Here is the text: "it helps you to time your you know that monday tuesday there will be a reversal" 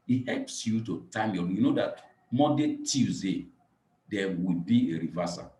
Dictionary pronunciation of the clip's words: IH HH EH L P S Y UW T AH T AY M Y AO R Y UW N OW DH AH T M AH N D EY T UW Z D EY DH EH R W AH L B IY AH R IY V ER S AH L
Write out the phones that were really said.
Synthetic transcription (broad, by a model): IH HH EH L P S Y UW T AH T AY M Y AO Y UW N OW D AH T M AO D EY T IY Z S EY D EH W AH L B IY AH R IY V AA S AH